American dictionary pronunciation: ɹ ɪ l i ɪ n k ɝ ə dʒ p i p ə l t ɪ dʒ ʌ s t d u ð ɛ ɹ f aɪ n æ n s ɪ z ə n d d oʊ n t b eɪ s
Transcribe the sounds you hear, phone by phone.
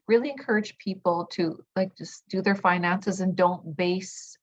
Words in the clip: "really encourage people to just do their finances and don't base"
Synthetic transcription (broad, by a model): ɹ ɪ l i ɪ n k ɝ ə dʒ p i p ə l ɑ ɪ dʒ ʌ s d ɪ ð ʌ ɹ f aɪ n æ n s ɪ z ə n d d oʊ n t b eɪ s